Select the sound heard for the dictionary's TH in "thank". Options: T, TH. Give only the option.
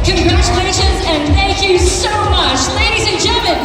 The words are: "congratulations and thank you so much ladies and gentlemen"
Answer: TH